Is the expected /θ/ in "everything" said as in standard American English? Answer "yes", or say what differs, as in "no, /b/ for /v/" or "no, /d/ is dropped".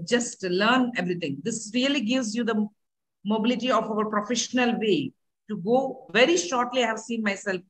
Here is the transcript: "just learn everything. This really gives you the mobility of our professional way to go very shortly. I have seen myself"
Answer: no, /t/ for /θ/